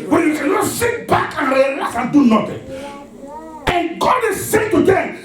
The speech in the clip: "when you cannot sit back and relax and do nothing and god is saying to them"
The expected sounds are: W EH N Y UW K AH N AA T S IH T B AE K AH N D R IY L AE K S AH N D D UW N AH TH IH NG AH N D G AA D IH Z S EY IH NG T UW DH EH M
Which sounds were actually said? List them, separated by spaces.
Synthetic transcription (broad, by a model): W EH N Y UW K AH N AA T S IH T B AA K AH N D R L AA S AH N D D UW N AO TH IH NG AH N G AA D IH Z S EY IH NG T UW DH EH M